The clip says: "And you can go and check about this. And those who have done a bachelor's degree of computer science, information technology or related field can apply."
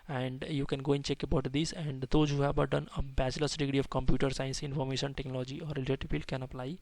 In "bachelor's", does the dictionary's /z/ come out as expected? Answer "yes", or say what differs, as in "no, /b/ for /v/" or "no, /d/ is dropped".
no, /s/ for /z/